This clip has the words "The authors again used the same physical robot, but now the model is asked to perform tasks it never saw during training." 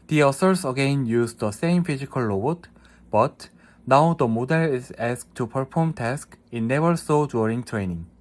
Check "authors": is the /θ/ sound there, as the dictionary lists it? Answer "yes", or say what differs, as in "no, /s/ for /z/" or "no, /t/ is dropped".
no, /s/ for /θ/